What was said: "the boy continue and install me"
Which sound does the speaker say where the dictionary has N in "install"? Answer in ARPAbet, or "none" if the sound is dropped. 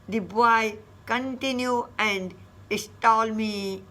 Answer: none